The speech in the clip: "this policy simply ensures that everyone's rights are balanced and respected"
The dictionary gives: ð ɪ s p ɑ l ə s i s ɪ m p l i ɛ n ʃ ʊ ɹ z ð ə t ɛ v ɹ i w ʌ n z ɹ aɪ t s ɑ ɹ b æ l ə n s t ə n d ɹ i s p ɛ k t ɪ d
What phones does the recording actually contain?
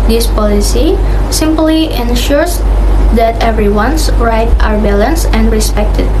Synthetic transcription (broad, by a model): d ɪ s p ɑ l ə s i s ɪ m p l i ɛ n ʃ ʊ ɹ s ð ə t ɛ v ɹ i w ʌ n s ɹ aɪ t ɑ ɹ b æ l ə n s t ə n d ɹ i s p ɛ k t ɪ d